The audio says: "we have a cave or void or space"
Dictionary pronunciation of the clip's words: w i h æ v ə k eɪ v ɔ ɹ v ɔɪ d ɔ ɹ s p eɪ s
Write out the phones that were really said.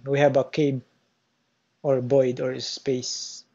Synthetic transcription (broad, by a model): w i h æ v ə k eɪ b ɔ ɹ b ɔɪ d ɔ ɹ s p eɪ s